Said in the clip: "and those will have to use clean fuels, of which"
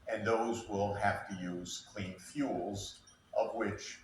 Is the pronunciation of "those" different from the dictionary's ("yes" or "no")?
no